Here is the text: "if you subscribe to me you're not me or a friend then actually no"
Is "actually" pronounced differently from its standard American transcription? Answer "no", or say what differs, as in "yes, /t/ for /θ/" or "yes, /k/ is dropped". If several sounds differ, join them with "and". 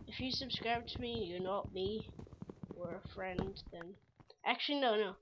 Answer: yes, /n/ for /l/